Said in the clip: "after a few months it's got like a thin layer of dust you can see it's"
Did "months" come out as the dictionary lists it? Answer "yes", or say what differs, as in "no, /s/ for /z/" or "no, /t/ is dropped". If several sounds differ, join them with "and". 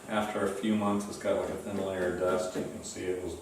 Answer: yes